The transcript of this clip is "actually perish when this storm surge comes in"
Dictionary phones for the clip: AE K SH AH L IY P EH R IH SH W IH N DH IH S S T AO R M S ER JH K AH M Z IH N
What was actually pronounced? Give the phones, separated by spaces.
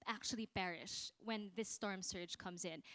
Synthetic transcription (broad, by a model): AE K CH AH L IY B EH R IH SH W IH N DH IH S S T AO R M S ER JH K AH M Z IH N